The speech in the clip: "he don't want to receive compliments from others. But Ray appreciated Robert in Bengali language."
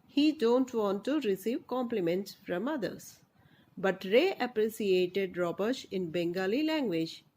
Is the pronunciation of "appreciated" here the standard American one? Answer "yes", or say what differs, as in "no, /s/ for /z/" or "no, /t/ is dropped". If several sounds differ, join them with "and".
no, /s/ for /ʃ/